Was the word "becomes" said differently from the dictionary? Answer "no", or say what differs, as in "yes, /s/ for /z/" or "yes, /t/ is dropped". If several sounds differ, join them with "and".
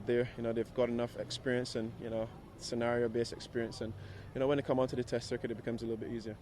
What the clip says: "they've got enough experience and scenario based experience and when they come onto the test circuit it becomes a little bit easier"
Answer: no